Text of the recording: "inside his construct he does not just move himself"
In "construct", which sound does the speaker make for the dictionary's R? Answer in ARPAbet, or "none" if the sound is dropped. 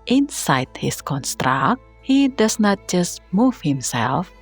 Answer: R